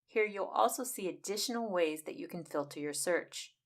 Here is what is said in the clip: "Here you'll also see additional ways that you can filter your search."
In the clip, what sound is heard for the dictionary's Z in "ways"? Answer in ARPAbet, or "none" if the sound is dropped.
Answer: Z